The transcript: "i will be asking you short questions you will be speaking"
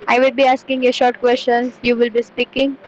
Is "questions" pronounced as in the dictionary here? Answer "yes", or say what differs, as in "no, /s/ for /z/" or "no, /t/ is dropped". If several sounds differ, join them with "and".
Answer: no, /z/ is dropped